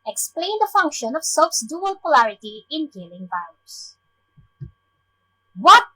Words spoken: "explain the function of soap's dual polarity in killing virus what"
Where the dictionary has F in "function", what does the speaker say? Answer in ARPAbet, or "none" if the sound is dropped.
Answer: F